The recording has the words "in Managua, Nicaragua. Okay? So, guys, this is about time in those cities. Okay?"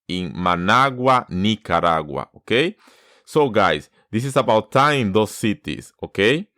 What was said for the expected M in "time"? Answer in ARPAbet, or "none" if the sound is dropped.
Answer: none